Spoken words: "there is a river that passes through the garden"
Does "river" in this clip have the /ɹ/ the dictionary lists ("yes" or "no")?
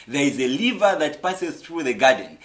no